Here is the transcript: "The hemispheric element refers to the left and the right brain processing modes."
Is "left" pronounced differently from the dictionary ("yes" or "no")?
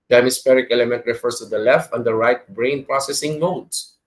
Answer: no